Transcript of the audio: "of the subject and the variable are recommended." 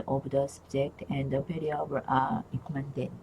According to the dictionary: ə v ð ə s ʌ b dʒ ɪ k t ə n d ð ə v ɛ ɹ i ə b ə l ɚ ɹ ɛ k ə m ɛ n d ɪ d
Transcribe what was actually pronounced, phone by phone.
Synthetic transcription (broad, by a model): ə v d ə s ʌ b dʒ ɪ k t ə n d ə p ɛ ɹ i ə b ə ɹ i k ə m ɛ n d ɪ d